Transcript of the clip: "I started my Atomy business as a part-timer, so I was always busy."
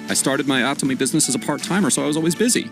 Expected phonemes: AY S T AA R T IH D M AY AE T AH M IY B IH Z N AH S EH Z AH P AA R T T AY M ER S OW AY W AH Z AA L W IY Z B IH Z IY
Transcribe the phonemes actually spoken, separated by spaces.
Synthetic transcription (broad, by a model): AY S T AA R T IH D M AY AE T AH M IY B IH Z N AH S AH Z AH P AA R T T AY M ER S OW AY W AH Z AA L W IY Z B IH Z IY